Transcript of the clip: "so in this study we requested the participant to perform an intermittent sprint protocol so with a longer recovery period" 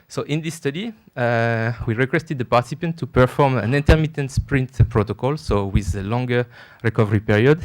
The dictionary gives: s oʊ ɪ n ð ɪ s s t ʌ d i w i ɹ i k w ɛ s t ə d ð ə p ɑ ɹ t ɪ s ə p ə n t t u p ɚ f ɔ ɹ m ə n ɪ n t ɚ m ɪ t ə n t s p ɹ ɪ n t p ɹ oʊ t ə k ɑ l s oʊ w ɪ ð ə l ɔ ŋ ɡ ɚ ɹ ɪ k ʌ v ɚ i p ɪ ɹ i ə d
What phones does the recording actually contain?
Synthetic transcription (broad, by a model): s oʊ ɪ n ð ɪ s s t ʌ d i w i ɹ i k w ɛ s t ə d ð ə p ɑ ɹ t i s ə p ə n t t u p ɚ f ɔ ɹ m ə n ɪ n t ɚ m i t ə n t s p ɹ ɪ n t p ɹ oʊ t ə k ɑ l s oʊ w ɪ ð ə l ɔ ŋ ɡ ɚ ɹ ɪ k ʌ v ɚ i p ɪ ɹ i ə d